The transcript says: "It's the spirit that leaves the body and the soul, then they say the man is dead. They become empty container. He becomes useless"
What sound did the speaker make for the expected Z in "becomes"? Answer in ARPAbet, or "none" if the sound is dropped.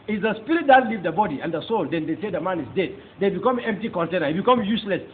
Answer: none